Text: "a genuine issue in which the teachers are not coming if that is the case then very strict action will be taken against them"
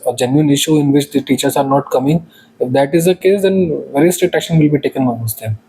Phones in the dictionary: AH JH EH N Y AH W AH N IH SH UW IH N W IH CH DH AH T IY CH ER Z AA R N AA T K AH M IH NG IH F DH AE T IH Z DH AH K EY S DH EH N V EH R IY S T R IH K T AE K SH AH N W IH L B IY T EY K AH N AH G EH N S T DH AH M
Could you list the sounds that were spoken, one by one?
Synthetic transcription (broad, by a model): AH JH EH N Y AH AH N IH SH UW IH N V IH CH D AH T IY CH ER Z AA R N AA T K AH M IH NG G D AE T IH Z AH K EY S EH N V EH R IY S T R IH T AE K SH AH N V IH L B IY T EY K AH N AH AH S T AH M